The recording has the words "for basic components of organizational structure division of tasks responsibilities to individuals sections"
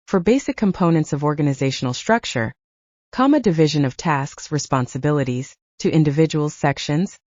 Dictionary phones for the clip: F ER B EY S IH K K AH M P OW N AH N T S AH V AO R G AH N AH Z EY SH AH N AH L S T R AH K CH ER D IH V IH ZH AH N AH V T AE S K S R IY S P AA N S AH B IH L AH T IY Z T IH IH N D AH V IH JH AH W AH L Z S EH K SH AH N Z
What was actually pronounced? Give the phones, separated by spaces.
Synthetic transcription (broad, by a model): F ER B EY S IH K K AH M P OW N AH N T S AH V AO R G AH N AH Z EY SH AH N L S T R AH K CH ER D IH V IH ZH AH N AH V T AE S K S R IY S P AA N S AH B IH L AH T IY Z T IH IH N D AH V IH JH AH W L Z S EH K SH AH N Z